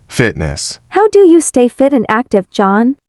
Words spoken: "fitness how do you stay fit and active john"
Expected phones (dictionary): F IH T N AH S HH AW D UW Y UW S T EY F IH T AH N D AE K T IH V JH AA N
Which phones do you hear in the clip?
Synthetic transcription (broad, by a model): F IH T N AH S HH AW D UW Y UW S T EY F IH T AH N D AE K T IH V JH AA N